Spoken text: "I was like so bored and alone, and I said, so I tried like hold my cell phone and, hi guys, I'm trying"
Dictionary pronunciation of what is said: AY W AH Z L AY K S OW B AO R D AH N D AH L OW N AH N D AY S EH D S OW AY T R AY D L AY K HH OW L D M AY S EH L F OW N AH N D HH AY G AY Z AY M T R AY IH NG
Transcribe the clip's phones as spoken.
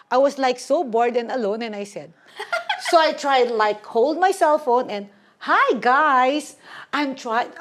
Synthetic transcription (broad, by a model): AY W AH S L AY K S OW B AO R D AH N AH L OW N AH N AY S EH D S OW AY T R AY D L AY K HH OW L D M AY S EH L F OW N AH N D HH AY G AY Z AY M T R AY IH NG